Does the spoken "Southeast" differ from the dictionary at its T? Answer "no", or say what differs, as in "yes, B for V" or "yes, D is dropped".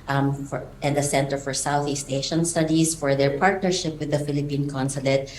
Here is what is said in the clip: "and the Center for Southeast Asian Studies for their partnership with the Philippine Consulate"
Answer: no